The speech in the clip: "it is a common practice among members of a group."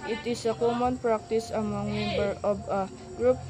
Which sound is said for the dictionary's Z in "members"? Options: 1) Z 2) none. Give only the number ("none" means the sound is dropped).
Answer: 2